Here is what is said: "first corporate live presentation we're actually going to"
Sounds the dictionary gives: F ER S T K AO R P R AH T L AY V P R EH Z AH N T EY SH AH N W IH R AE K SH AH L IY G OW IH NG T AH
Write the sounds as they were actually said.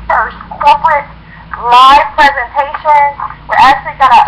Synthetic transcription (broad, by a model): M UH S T K AO R P R AH T L AY V P R EH Z AH N T EY SH AH N W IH R AE K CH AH L IY G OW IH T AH